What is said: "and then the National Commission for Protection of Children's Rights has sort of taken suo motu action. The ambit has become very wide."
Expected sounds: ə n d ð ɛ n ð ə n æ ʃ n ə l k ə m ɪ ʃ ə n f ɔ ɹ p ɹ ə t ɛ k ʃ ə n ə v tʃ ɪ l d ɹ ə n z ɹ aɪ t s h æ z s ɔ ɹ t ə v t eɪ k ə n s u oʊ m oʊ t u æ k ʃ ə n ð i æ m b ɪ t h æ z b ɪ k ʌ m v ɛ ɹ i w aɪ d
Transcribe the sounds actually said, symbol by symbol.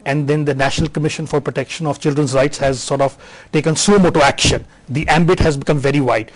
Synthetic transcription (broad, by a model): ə n d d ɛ n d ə n æ ʃ n ə l k ə m ɪ ʃ ə n f ɔ ɹ p ɹ ə t ɛ k ʃ ə n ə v tʃ ɪ l d ɹ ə n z ɹ aɪ t s h æ z s ɔ ɹ t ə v t eɪ k ə n s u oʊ m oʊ t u æ k ʃ ə n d i æ m b ɪ t h æ z b ɪ k ʌ m v ɛ ɹ i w aɪ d